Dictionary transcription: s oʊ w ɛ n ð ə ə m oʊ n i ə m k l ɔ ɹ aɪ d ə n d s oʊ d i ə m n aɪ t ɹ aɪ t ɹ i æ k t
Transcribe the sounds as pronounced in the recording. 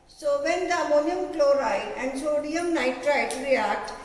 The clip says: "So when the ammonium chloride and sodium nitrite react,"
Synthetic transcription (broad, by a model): s oʊ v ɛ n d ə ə m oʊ n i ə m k l ɔ ɹ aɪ ə n d s oʊ d i ə m n aɪ t ɹ aɪ t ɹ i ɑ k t